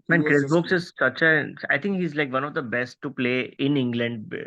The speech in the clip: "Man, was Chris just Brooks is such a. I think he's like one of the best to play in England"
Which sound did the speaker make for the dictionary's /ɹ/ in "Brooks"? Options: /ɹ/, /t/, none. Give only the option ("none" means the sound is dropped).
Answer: none